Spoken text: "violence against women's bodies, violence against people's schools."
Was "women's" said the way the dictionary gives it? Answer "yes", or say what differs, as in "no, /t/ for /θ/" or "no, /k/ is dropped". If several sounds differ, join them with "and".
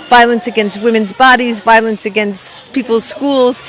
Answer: yes